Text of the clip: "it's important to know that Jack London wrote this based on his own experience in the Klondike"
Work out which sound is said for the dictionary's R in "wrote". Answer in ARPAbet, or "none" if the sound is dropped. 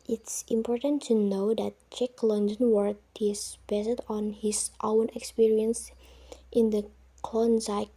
W